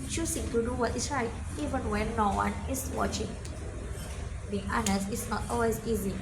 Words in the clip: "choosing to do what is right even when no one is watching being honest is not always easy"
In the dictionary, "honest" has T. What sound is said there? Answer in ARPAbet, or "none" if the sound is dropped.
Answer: none